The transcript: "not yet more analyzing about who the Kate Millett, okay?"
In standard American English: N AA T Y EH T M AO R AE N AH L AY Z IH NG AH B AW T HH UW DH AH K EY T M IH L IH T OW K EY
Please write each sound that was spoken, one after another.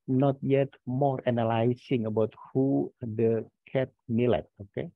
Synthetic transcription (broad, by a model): N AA T Y EH T M AO R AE N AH L AY S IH NG AH B AW T HH UW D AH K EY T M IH L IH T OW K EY